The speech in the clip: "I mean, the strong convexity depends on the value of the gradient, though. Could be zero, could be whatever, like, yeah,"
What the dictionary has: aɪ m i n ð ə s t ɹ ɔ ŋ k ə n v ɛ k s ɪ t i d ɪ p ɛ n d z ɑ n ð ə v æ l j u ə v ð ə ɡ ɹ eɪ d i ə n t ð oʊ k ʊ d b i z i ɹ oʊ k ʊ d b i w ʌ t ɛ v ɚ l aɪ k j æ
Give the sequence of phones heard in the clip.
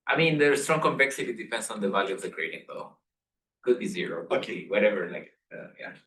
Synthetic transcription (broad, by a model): aɪ m i n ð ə s t ɹ ɔ ŋ k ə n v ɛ k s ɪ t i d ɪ p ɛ n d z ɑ n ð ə v æ l j u ə v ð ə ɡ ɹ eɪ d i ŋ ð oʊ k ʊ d b i z i ɹ oʊ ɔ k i w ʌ t ɛ v ɚ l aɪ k j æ